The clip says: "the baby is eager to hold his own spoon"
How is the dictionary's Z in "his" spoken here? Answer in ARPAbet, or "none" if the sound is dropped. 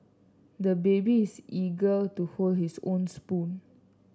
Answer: S